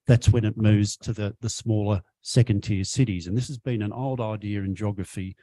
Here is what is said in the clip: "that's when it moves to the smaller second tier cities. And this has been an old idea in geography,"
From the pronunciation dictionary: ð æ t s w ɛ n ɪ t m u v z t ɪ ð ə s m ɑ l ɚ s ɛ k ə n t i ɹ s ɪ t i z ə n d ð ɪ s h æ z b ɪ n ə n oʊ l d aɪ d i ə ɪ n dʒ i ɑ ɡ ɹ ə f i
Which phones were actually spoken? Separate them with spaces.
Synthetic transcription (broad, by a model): ð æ t s w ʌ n ɪ t m u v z t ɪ ð ə s m ɑ l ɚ s ɛ k ə n t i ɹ s ɪ t i z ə n ð ɪ s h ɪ z b ɪ n ə n oʊ l d aɪ d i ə ɪ n dʒ ɑ ɡ ɹ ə f i